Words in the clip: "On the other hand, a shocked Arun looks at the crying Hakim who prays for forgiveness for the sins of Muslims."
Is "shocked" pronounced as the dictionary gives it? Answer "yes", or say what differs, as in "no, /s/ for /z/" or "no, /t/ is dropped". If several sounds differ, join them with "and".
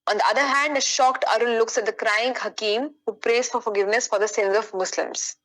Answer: yes